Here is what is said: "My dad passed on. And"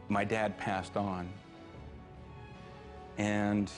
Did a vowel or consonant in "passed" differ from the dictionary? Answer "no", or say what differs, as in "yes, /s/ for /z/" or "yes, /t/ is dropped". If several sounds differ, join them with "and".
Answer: no